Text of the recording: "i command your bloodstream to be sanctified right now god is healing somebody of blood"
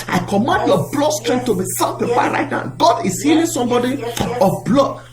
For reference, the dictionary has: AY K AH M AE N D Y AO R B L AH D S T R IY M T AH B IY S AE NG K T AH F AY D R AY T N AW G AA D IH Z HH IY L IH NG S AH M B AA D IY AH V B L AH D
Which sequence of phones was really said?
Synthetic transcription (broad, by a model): AY K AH M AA N D Y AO B L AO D S T R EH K T AH B IY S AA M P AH P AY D R AY T N AW G AA D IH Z HH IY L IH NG S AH M B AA D IY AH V B L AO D